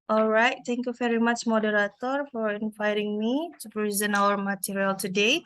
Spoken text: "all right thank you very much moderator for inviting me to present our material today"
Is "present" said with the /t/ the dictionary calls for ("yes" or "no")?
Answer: no